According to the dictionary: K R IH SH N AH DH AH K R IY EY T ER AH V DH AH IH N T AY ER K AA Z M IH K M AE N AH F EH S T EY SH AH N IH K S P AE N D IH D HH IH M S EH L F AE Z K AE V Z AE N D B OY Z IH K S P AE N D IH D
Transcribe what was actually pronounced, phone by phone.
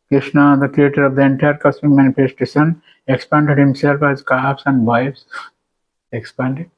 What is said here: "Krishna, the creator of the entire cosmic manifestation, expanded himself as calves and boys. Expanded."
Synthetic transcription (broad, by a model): K R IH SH N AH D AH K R IY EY T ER AH V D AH IH N T AY ER K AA S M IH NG M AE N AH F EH S T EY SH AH N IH K S P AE N D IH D HH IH M S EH L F AE Z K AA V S AE N D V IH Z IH K S P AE N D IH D